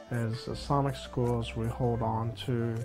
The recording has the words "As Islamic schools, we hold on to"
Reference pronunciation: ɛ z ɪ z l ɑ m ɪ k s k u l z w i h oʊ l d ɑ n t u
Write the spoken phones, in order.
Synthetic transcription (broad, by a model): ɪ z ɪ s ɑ m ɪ k s k u l z w i h oʊ l d n t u